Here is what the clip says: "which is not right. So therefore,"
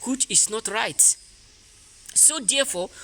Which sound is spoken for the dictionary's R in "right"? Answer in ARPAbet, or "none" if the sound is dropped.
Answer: R